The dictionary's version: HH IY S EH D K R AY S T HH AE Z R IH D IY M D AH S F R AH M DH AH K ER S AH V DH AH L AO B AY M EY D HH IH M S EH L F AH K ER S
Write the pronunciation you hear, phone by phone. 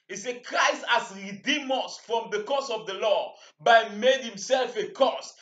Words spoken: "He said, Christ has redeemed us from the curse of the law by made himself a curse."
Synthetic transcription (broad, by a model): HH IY S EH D K R AY S T HH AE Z R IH D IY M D AH S F R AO M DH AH K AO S AH V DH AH L AO B AY M EY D HH IH M S EH L F AH K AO S